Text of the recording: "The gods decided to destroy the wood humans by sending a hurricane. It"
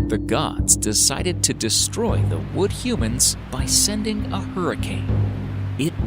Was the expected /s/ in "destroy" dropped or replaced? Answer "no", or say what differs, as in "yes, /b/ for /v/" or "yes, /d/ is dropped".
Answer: no